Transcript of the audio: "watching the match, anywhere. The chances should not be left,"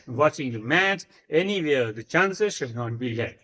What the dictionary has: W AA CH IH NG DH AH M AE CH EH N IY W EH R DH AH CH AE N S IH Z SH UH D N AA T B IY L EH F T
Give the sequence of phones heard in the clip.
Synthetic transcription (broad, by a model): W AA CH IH NG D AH M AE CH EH N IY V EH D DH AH CH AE N S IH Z SH UH D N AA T B IY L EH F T